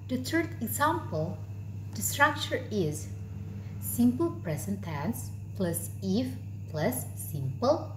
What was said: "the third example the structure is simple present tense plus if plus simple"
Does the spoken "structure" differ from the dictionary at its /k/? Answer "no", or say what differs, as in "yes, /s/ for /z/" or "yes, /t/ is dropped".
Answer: no